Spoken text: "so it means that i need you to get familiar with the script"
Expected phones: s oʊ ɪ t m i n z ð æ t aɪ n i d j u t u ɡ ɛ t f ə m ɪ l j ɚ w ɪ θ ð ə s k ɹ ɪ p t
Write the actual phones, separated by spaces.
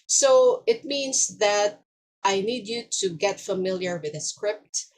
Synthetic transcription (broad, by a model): s oʊ ɪ t m i n s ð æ t aɪ n i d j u t u ɡ ɛ t f ə m ɪ l j ɚ w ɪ ð ə s k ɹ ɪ p t